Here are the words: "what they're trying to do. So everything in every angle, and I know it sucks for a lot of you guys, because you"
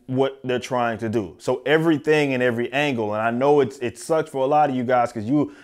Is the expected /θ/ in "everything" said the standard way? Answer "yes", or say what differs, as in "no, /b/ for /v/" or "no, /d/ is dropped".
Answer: yes